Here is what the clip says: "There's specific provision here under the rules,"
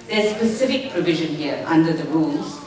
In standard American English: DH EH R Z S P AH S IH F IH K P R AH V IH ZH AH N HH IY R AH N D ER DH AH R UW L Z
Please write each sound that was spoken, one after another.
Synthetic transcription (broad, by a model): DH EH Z S P AH S IH F IH K P R AH V IH ZH AH N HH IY R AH N D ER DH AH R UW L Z